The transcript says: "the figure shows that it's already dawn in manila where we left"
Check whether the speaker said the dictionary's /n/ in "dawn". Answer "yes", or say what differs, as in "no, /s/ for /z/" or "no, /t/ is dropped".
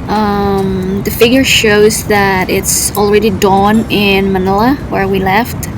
yes